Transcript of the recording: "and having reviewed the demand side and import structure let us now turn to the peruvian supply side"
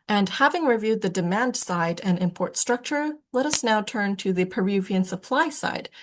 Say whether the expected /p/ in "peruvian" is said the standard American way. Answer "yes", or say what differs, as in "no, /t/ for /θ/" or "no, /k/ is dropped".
yes